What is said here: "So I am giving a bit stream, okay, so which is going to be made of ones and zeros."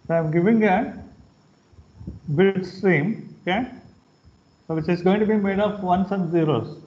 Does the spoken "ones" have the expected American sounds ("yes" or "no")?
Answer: no